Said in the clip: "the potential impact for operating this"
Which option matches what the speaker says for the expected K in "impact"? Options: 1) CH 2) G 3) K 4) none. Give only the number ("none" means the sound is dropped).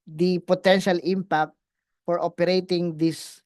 3